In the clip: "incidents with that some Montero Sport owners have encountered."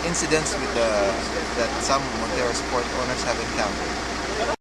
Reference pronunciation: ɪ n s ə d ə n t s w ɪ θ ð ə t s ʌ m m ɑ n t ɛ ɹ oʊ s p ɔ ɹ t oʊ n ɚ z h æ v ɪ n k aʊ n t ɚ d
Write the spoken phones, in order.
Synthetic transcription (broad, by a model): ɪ n s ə d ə n t s w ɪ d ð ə t s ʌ m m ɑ t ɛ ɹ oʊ s p ɔ ɹ t oʊ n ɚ s h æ v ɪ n k aʊ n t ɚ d